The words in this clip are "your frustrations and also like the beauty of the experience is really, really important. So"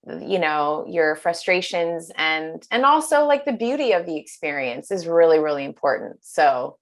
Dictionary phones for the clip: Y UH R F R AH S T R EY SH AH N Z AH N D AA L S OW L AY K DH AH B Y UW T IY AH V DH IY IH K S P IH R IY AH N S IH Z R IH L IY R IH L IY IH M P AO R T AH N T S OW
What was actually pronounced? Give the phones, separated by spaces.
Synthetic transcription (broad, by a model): Y UH R F R AH S T R EY SH AH N Z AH N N AA L S OW L AY K DH AH B Y UW T IY AH V DH IY IH K S P IH R IY AH N S IH Z R IH L IY R IH L IY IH M P AO R T N T S OW